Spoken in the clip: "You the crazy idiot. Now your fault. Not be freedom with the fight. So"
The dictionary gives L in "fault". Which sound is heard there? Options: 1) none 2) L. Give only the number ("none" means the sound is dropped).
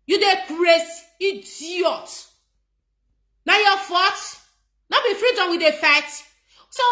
1